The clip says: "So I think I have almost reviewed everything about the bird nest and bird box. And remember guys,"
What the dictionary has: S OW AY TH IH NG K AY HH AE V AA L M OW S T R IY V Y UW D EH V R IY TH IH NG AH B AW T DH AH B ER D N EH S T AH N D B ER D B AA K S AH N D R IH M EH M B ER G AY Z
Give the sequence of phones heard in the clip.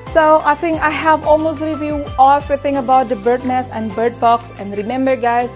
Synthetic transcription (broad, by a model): S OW AY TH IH NG K AY HH AE V AA L M OW S T R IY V Y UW AO R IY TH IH NG AH B AW T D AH B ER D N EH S AH N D B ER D B AA K S AH N D R IH M EH M B ER G AY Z